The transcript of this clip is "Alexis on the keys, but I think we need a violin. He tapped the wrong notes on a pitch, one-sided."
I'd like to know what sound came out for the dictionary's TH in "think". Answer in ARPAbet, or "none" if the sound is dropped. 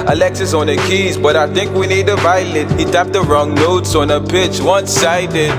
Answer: TH